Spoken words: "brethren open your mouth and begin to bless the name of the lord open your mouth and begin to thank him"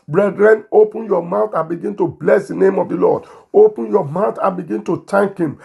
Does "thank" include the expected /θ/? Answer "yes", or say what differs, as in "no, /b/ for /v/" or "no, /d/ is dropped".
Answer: no, /t/ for /θ/